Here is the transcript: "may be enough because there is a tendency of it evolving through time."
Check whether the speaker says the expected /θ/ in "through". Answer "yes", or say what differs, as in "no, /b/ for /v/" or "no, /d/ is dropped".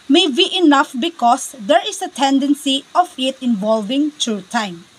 no, /t/ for /θ/